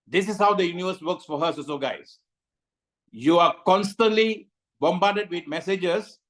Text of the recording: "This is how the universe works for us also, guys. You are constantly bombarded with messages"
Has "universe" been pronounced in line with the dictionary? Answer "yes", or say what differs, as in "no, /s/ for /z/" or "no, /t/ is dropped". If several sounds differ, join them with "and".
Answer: yes